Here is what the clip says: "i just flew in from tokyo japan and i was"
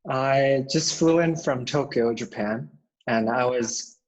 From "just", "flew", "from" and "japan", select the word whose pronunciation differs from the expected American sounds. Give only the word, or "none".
none